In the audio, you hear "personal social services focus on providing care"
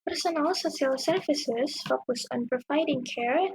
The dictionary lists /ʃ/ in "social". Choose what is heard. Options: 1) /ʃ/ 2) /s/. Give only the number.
2